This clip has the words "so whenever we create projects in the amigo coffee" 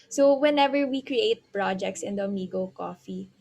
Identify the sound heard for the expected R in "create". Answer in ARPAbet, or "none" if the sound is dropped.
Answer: R